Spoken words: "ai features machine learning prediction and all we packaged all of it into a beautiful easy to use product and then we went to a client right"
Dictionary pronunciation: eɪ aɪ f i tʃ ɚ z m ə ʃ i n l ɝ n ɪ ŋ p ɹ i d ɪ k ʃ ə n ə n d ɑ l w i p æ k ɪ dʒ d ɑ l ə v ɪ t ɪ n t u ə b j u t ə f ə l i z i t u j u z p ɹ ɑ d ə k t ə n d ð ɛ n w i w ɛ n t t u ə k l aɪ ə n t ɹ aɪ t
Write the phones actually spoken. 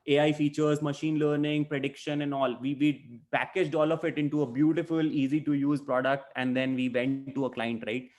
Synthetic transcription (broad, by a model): eɪ aɪ f i tʃ ɚ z m ə ʃ i n l ɝ n ɪ ŋ p ɹ i d ɪ k ʃ ə n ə n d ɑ l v i p æ k ɪ dʒ d ɑ l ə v ɪ t ɪ n t u ə b j u t ə f ə l i z i t u j u z p ɹ ɑ d ə k t ə n d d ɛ n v i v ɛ n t t u ə k l aɪ ə n t ɹ aɪ t